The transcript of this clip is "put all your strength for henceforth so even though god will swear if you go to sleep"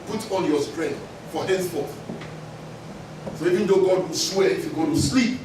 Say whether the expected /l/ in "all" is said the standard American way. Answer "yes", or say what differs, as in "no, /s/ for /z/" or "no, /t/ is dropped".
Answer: no, /n/ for /l/